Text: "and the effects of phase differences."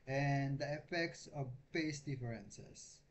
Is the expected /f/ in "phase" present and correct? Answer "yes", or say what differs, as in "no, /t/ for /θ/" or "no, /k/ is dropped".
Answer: no, /p/ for /f/